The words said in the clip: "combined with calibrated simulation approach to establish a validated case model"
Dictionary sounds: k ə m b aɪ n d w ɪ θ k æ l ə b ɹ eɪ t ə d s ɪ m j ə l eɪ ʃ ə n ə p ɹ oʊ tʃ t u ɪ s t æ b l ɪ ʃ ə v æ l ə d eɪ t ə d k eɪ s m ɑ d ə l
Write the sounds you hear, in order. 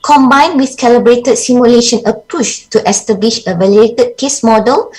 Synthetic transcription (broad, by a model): k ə m b aɪ n w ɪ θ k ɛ l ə b ɹ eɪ t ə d s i m j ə l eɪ ʃ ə n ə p u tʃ t u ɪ s t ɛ b l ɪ ʃ ə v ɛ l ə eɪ t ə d k eɪ s m ɑ d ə l